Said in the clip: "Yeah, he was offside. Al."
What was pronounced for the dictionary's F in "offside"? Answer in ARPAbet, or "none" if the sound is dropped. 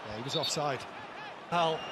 F